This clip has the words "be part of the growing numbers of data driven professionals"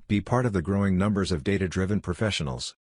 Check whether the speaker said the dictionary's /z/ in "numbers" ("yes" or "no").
yes